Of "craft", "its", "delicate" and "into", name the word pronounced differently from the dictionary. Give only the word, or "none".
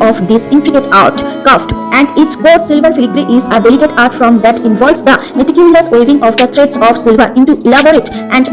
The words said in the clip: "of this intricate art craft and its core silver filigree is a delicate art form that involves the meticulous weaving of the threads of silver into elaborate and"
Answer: craft